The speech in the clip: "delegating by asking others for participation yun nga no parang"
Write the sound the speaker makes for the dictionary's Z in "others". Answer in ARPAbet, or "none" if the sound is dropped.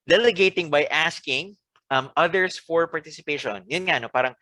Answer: S